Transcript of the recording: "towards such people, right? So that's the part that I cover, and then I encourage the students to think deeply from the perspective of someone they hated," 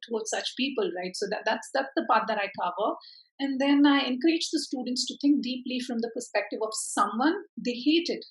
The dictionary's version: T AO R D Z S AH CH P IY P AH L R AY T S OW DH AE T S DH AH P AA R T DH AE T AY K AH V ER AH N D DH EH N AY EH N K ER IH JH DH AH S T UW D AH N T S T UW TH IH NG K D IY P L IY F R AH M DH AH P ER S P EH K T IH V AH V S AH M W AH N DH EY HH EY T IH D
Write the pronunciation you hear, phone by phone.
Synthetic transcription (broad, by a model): T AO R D S AH CH P IY P AH L R AY T S OW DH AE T S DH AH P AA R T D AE T AY K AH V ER AH N D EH N AY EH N K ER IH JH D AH S T UW D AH N T S T UW T IH NG K D IY P L IY F R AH M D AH P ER S P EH K T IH V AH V S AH M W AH N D EY HH EY T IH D